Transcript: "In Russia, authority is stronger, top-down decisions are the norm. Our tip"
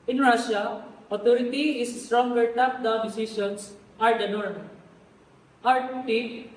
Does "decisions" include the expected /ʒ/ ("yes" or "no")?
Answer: no